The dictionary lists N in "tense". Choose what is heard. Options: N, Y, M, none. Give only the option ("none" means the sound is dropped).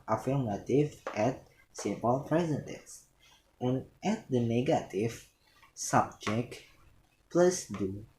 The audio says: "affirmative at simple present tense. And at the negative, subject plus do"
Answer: none